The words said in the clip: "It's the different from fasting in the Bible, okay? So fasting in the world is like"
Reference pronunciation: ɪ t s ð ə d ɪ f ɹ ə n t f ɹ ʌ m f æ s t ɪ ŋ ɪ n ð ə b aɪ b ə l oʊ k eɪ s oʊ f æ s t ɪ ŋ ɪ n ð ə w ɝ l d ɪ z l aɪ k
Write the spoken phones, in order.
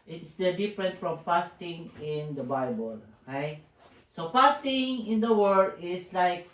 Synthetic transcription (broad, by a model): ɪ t s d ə d ɪ f ɹ ə n t f ɹ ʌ m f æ s t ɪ ŋ ɪ n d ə b aɪ b ə l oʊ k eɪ s oʊ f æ s t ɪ ŋ ɪ n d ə w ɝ d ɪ s l aɪ k